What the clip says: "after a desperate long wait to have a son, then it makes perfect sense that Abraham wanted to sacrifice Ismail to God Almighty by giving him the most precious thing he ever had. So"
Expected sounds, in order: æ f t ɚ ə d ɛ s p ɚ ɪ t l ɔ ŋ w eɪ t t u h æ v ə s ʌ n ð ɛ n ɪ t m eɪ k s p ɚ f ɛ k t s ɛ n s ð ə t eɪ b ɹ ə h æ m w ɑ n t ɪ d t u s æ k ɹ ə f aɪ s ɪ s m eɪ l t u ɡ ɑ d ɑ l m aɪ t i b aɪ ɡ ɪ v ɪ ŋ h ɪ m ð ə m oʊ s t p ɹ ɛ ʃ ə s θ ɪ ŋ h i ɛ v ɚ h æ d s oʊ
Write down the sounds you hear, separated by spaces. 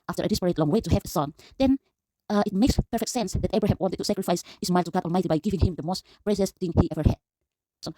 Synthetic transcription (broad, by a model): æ f t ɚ ə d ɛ s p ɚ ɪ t l ɔ ŋ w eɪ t t u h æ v ə s ʌ n ð ɛ n ɪ t m eɪ k s p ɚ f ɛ k t s ɛ n s ð ə t eɪ b ɹ ə h æ m w ɑ n t ɪ d t u s æ k ɹ ə f aɪ s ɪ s m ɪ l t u ɡ ɑ d ɑ l m aɪ t i b aɪ ɡ ɪ v ɪ ŋ h ɪ m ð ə m oʊ s t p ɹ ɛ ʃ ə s θ ɪ ŋ h i ɛ v ɚ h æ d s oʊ